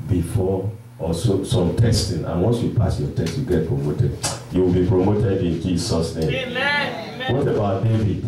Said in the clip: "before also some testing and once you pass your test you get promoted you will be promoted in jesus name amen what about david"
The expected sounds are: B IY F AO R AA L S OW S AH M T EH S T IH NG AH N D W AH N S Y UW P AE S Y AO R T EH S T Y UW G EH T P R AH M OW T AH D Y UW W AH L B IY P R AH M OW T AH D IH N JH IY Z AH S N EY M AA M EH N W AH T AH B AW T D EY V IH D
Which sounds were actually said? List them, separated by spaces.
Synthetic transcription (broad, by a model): B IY F AO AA S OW S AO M T EH S T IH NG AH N W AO N S Y UW P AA S Y AO T EH S T Y UW G EH T P R AH M OW T AH D Y UW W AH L B IY P R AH M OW T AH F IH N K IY S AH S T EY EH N W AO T AH B AW T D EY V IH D